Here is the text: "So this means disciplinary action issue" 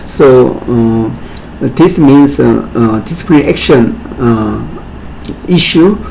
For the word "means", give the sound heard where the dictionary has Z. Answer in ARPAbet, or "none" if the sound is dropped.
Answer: S